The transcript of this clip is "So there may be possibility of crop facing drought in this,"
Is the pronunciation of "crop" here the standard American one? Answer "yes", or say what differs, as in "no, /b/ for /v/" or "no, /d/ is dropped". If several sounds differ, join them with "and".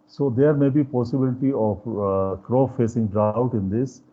no, /f/ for /p/